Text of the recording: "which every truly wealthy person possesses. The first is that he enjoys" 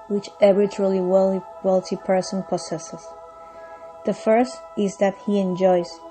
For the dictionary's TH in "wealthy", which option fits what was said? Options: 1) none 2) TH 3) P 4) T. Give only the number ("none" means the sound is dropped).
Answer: 4